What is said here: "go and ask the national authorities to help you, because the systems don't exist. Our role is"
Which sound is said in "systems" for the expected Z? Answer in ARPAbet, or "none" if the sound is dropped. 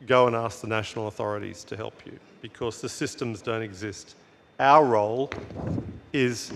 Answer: Z